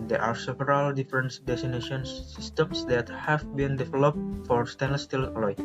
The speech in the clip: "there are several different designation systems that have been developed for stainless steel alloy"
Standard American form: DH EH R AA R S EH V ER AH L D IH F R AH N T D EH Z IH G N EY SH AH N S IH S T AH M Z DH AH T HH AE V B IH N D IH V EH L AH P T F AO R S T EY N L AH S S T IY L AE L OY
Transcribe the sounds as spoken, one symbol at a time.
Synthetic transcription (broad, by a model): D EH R AA R S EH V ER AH L D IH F R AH N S D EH S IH N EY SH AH N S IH S T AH M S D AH T HH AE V B IH N D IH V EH L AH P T F AO R S T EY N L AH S S T IY L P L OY